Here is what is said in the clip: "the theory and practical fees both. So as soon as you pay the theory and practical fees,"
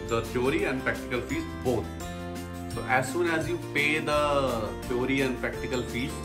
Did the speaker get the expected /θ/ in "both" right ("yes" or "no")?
no